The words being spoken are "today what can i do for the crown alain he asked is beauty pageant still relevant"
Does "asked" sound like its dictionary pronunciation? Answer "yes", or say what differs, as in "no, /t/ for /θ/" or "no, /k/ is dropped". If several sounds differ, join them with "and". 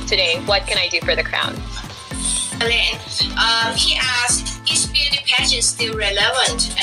no, /t/ is dropped